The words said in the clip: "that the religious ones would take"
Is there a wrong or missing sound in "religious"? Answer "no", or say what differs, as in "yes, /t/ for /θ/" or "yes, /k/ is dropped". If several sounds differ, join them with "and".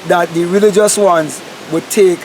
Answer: no